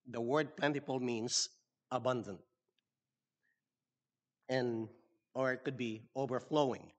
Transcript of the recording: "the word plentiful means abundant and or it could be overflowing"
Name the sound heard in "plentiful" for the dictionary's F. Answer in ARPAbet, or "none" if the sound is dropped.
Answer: P